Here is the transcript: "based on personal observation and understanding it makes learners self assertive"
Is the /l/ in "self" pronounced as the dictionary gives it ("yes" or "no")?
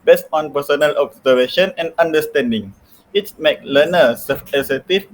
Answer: no